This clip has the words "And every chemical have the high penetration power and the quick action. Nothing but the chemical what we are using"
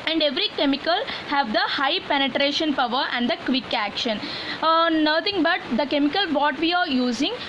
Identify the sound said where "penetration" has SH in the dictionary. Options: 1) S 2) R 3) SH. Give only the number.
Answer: 3